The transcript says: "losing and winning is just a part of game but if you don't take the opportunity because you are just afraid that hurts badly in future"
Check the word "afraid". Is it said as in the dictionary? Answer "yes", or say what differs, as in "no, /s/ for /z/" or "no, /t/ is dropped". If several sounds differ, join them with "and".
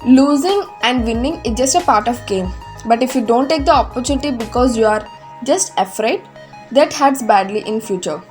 yes